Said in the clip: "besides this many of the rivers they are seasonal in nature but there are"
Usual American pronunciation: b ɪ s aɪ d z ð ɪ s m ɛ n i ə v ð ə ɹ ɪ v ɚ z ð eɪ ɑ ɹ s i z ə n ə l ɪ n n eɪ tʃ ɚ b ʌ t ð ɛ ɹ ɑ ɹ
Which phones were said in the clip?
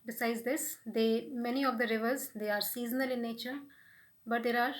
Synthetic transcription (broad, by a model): b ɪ s aɪ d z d ɪ s m ɛ n i ə v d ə ɹ ɪ v ɚ z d eɪ ɑ ɹ s i z ə n ə l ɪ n n eɪ tʃ ɚ b ʌ t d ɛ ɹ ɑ ɹ